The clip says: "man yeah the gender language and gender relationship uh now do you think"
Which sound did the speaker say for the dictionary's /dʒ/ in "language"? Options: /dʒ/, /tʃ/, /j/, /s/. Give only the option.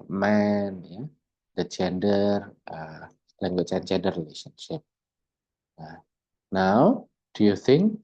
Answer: /tʃ/